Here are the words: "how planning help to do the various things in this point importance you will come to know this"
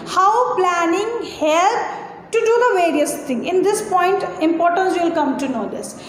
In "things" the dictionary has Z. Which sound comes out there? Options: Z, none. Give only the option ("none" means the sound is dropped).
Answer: none